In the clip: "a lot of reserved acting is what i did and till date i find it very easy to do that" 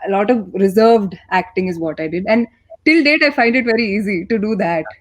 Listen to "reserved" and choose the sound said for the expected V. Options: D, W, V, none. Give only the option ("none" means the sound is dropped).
V